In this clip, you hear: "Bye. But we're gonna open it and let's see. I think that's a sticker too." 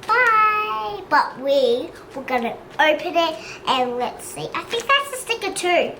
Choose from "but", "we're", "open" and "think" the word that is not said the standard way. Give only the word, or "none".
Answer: we're